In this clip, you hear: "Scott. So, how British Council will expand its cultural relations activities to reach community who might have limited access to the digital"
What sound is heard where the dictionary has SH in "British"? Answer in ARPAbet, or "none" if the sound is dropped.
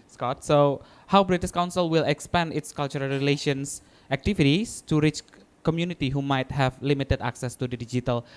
S